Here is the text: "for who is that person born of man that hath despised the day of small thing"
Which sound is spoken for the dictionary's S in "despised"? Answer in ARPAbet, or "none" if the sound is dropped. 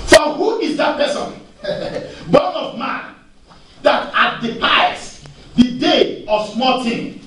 none